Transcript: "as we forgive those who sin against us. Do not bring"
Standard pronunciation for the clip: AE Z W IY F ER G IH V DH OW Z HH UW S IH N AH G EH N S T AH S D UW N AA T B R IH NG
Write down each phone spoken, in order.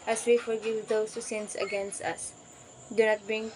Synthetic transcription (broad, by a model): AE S W IY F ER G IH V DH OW S HH UW S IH N AH G EH N S T AH S D UW N AA T B R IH NG